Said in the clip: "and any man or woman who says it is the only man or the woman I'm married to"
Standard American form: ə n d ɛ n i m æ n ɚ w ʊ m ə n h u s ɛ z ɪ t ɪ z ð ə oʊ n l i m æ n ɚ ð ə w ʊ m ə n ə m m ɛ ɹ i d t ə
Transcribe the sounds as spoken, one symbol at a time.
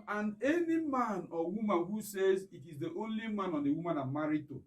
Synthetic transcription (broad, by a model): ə n ɛ n i m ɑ n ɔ w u m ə n h u s ɛ z ɪ t ɪ z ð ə oʊ n l i m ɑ n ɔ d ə w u m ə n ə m m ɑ ɹ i t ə